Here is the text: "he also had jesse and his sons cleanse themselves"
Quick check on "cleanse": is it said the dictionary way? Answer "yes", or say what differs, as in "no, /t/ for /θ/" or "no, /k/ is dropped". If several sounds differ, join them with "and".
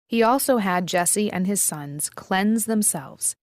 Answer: yes